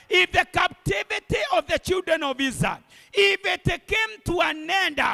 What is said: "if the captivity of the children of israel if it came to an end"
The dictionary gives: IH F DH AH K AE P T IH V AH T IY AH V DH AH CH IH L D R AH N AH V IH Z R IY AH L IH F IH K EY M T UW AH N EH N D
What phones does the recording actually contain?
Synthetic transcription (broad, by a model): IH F DH AH K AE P T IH V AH T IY AH V DH AH CH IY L D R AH N AH V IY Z IY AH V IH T IH K EY M T UW AH N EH N D